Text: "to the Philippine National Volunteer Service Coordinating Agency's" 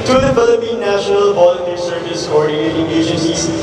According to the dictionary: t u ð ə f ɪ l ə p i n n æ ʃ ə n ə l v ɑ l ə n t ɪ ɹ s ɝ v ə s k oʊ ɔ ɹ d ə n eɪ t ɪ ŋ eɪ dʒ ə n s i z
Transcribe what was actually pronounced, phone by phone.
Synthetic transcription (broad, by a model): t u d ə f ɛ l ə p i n n æ ʃ ə n ə l p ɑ l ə t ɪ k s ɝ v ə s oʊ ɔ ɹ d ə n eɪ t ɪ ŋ eɪ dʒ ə n s i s